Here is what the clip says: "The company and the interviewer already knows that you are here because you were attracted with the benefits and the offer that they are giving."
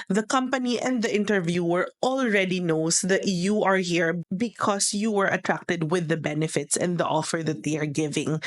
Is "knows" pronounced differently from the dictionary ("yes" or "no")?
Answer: yes